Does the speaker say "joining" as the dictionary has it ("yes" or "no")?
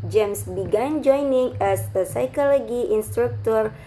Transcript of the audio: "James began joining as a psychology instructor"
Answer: yes